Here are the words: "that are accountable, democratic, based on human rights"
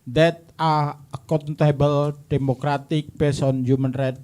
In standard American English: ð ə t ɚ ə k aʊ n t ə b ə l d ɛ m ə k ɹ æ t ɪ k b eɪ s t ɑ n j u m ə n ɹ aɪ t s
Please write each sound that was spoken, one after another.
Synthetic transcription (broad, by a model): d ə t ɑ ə k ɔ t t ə b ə l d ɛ m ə k ɹ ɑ t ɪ k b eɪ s ɑ n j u m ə n ɹ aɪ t